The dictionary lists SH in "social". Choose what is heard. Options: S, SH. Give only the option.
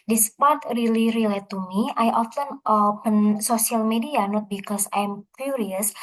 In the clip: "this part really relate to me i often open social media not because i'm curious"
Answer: S